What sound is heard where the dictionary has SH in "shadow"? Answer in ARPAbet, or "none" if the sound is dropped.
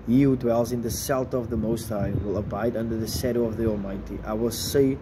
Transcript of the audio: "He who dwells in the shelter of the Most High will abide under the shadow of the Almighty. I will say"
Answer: S